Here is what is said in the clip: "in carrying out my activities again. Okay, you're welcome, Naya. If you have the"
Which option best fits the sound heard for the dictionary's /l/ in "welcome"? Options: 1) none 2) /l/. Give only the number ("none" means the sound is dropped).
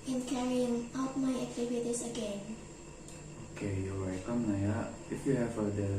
1